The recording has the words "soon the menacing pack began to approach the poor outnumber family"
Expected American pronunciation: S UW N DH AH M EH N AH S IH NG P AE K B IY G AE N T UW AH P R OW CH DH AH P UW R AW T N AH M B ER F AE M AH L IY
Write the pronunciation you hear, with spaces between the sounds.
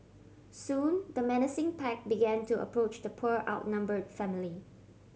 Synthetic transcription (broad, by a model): S UW N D AH M EH N AH S IH NG P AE K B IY G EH N T UW AH P R OW CH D AH P UW R AW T N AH M B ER F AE M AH L IY